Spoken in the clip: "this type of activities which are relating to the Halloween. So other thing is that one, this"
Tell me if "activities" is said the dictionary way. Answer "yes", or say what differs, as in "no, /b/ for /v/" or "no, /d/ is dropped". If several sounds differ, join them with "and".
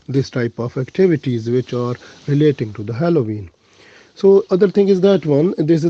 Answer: yes